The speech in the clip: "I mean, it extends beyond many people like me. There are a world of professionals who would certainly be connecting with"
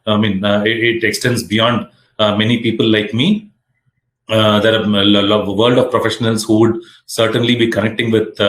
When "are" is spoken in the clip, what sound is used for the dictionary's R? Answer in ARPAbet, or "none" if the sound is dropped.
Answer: L